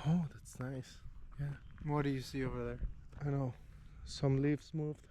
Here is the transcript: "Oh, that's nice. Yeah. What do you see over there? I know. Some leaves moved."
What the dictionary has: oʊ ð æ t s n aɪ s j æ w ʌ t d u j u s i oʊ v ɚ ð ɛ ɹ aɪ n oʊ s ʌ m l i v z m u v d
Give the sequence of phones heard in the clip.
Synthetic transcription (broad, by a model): oʊ ð æ t s n aɪ s j æ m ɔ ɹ d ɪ j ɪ s i oʊ v ɚ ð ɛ ɹ aɪ n oʊ s ʌ m l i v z m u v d